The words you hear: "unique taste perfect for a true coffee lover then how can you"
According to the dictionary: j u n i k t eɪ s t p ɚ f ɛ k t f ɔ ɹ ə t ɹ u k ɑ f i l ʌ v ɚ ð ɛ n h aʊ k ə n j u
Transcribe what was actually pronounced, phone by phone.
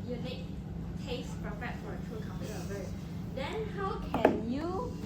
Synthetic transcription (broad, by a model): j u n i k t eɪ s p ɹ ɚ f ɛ t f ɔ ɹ ə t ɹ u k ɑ p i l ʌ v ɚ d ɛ n h aʊ k ə n j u